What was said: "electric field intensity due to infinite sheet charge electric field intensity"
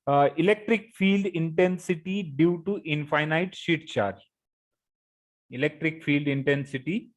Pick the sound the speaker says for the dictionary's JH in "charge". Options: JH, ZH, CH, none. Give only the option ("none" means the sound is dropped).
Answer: none